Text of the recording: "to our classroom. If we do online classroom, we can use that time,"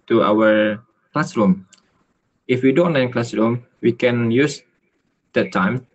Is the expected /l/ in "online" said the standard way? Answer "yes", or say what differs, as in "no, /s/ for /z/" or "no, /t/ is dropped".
no, /l/ is dropped